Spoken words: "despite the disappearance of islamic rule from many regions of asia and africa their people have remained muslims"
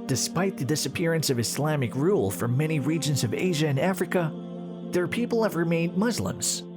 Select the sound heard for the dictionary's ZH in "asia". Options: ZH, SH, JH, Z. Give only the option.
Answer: ZH